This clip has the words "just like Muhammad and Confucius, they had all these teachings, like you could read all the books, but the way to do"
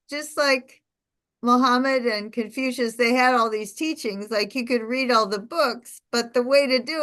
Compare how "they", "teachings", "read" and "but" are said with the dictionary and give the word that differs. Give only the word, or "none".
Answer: none